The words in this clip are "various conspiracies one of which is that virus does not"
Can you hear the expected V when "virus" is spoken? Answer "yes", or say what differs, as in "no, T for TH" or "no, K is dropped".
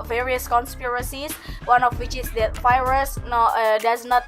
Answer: no, F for V